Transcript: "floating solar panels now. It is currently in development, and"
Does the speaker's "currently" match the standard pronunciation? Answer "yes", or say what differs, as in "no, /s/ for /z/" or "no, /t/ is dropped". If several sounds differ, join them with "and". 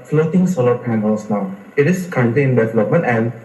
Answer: no, /l/ is dropped